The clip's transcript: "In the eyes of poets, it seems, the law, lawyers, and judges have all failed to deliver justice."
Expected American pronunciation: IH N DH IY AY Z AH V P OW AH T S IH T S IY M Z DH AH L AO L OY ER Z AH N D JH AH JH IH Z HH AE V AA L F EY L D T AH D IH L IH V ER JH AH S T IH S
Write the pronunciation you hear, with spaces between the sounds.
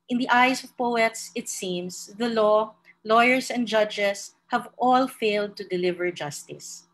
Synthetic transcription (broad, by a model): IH N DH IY AY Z AH V P OW AH T S IH T S IY M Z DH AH L AO L OY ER S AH N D JH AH JH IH S HH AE V AA L F EY L D T AH D IH L IH V ER JH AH S T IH S